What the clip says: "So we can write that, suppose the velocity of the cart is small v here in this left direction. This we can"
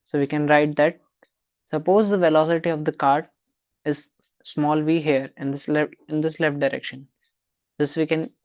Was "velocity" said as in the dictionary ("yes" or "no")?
yes